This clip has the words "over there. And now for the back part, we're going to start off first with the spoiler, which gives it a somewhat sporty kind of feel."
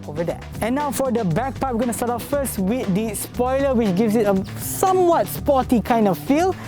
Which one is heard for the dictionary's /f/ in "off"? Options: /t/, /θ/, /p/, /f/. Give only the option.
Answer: /p/